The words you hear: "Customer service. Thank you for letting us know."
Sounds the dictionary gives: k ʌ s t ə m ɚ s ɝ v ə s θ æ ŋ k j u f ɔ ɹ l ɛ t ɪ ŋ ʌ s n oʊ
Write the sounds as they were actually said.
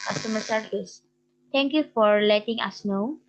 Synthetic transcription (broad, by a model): k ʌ s t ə m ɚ s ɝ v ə s t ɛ ŋ k j u f ɔ ɹ l ɛ t ɪ ŋ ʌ s n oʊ